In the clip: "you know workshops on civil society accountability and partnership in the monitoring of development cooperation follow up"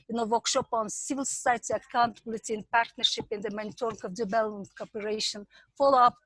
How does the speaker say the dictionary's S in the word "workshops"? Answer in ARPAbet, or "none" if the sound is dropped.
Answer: none